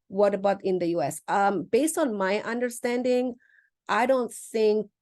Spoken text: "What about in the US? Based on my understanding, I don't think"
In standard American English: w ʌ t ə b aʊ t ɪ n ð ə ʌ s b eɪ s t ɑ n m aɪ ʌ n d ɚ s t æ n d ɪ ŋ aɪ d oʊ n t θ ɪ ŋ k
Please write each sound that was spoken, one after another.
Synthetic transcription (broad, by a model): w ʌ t ə b aʊ t ɪ n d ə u s b eɪ s t ɑ n m aɪ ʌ n d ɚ s t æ n d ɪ ŋ aɪ d oʊ n t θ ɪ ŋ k